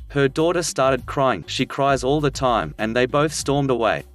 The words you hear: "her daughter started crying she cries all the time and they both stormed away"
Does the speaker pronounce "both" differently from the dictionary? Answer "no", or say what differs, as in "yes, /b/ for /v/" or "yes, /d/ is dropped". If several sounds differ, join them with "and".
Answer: no